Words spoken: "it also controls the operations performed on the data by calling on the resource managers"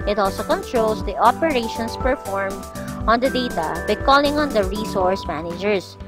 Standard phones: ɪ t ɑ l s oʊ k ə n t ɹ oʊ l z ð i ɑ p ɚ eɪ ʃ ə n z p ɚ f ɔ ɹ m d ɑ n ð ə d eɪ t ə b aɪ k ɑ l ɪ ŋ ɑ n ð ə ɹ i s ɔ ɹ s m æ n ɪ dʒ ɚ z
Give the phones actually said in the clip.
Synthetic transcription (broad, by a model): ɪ t ɑ l s oʊ k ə n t ɹ oʊ l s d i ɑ p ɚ eɪ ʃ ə n s p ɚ f ɔ ɹ m ɑ n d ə d eɪ t ə b aɪ k ɑ l ɪ ŋ ɑ n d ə ɹ i s ɔ ɹ s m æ n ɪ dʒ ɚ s